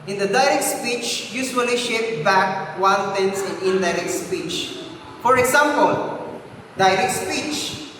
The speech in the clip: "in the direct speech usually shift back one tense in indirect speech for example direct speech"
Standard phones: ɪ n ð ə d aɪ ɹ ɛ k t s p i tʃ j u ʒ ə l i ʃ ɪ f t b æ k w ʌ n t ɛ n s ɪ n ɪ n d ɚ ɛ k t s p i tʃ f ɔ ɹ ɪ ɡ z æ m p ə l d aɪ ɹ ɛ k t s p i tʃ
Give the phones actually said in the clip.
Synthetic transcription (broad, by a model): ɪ n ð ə d aɪ ɹ ɛ k t s p i tʃ j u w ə l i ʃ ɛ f b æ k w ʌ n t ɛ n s ɪ n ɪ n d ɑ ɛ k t s p i tʃ f ɔ ɹ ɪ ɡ s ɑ m p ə l d aɪ ɹ ɛ k t s p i tʃ